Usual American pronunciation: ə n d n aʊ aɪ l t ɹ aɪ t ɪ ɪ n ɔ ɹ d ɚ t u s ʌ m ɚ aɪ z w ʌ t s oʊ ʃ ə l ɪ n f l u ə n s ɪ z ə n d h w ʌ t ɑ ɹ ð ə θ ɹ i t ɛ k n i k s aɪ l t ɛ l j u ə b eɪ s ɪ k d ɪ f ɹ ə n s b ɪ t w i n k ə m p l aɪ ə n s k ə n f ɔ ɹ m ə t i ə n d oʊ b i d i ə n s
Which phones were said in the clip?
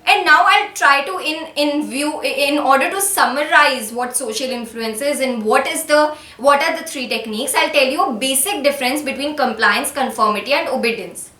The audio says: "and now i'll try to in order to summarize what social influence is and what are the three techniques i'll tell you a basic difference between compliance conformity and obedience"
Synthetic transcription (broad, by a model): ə n d n aʊ aɪ l t ɹ aɪ t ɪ ɪ n ɔ ɹ d ɚ t u s ʌ m ɚ aɪ z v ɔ t s oʊ ʃ ə l ɪ n f l u ə n s ɪ z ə n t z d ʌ t ɑ ɹ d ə t ɹ i t ɛ k n i k s aɪ l t ɛ l j u ə b eɪ s ɪ k d ɪ f ɹ ə n s b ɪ t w i n k ə m p l aɪ ə n s k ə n f ɔ ɹ m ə t i ə n d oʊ b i d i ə n s